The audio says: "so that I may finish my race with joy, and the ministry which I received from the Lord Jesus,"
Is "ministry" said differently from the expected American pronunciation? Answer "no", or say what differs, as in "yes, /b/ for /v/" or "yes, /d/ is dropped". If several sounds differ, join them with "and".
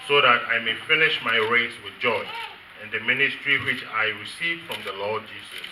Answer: no